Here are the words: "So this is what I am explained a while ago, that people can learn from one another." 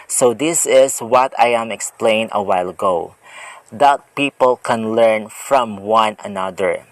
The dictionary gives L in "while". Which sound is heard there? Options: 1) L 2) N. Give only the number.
1